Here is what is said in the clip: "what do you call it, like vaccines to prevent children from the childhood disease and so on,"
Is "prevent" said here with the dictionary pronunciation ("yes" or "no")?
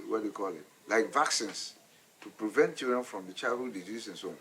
yes